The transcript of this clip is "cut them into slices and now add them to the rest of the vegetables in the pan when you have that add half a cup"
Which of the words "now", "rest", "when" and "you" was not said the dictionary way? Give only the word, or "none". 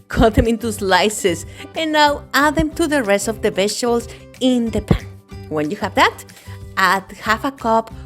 none